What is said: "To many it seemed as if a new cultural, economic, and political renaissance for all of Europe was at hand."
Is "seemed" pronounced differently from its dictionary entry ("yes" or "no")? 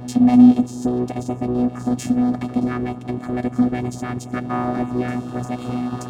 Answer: no